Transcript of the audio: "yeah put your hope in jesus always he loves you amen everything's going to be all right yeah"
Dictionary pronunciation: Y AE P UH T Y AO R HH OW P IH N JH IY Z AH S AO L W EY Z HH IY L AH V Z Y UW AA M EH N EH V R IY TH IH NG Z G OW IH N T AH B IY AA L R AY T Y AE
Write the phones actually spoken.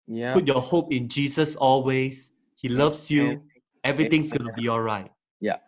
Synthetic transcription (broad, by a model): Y P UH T Y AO HH OW P IH N JH IY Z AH S AO L W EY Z HH IY L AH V S Y UW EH EH V R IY T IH NG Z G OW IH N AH B IY AA L R AY T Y